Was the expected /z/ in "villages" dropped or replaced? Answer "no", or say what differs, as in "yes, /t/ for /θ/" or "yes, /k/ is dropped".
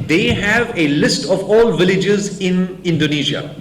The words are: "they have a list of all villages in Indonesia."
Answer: no